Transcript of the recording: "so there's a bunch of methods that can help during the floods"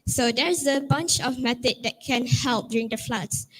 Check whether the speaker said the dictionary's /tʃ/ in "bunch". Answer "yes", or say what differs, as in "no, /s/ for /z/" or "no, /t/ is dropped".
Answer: yes